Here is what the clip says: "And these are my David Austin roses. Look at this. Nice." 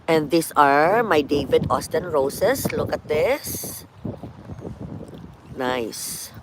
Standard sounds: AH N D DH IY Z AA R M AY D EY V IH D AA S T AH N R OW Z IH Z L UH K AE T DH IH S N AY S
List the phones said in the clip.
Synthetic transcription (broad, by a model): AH N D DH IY S AA R M AY D EY V IH D AA S T AH N R OW S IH S L UH K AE T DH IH S N AY S